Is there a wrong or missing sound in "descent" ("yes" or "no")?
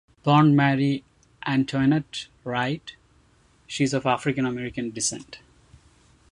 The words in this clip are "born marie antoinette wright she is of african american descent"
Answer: no